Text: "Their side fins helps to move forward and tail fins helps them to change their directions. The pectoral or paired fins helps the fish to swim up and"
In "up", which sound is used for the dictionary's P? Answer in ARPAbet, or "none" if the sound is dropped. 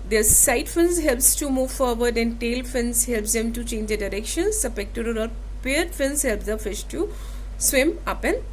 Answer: P